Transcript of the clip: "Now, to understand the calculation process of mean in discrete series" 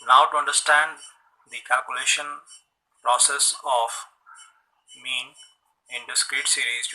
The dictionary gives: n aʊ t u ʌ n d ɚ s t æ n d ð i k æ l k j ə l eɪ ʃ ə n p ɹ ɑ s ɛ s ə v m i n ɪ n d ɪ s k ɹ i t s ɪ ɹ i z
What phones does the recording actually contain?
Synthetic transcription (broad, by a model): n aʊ t u ʌ n d ɚ s t æ n d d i k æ l k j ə l eɪ ʃ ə n p ɹ ɑ s ɛ s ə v m i n ɪ n d ɪ s k ɹ i t s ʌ ɹ i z